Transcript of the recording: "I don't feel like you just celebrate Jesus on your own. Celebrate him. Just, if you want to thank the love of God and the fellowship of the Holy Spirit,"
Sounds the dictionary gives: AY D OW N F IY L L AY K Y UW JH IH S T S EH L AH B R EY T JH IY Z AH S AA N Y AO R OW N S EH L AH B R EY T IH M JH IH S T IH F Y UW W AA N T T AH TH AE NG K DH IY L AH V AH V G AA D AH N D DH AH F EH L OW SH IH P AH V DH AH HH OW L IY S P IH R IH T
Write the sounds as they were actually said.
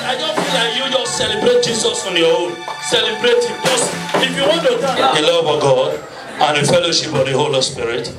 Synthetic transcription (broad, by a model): AY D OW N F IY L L AY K Y UW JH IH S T S EH L AH B R EY T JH IY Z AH S AA N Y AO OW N S EH L AH B R EY T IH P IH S IH F Y UW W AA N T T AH T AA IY L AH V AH G AA D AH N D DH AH F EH L OW SH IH P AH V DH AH HH OW L IY S P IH R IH T